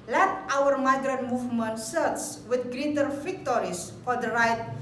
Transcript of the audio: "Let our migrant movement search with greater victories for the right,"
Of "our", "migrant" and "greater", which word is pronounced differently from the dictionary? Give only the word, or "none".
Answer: none